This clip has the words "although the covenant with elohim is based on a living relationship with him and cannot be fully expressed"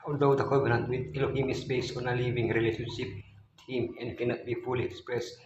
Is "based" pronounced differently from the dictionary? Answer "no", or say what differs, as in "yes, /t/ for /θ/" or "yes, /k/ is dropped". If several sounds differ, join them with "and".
yes, /t/ is dropped